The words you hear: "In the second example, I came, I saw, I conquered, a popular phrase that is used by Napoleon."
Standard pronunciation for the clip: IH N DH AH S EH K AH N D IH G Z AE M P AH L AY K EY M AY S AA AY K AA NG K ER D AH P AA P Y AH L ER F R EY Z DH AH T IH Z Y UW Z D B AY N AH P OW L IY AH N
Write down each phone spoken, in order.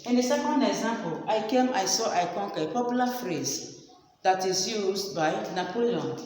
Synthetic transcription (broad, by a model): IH N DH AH S EH K AH N D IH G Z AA M P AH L AY K EY M AY S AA AY K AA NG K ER AH P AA P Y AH L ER F R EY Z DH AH T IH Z Y UW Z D B AY N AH P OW L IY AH N